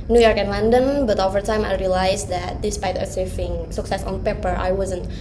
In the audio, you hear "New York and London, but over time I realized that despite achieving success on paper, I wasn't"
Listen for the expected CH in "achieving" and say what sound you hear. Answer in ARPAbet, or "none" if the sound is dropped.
S